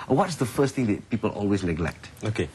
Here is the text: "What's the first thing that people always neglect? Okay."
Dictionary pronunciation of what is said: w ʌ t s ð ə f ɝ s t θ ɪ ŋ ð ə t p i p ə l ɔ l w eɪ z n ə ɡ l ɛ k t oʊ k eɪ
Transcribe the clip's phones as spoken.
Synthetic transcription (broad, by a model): w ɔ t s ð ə f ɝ s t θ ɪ ŋ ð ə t p i p ə l ɔ l w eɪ s n ə ɡ l ɛ k t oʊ k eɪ